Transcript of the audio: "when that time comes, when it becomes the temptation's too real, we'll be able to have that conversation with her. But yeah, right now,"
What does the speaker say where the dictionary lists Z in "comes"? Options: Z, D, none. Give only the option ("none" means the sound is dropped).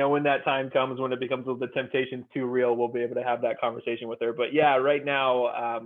Z